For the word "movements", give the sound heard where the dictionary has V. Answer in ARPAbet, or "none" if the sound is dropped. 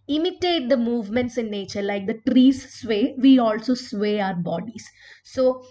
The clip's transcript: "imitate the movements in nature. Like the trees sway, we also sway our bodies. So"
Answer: V